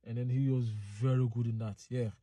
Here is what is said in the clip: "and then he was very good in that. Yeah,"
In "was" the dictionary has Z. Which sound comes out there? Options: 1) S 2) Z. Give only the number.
2